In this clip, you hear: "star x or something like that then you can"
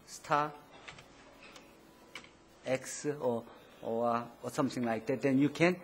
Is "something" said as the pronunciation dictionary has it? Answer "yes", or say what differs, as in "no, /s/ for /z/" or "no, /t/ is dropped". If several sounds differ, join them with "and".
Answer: no, /t/ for /θ/